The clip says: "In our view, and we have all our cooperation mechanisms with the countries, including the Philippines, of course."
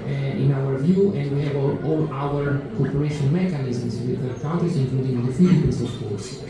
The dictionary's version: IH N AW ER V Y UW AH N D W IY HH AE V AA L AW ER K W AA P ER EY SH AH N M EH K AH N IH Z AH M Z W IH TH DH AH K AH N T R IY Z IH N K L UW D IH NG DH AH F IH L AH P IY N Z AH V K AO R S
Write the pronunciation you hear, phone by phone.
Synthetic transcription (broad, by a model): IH N AW ER V Y UW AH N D W IY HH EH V AA L AW ER K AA P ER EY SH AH N M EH K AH N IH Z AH M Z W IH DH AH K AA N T IY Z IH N K L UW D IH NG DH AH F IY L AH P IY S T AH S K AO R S